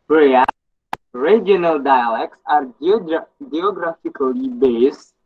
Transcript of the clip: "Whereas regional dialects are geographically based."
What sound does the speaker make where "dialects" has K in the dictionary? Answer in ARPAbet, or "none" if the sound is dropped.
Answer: K